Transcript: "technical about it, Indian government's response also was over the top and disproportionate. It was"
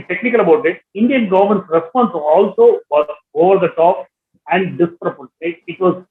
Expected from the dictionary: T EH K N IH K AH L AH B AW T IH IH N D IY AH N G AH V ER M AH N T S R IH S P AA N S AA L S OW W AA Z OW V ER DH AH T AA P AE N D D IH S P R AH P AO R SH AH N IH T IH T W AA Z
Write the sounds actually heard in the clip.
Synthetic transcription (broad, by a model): T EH K N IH K AH L AH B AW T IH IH N D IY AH N G AH V ER M AH N T S R IH S P AA N S AA L S OW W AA OW V ER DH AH T AA P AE N D D IH S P R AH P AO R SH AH IH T IH T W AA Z